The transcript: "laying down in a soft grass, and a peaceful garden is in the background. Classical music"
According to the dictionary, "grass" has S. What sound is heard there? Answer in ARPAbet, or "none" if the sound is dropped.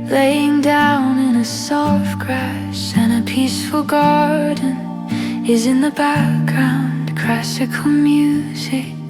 SH